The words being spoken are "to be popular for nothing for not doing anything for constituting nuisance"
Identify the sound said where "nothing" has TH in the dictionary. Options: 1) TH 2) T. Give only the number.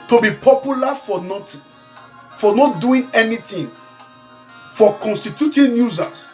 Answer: 2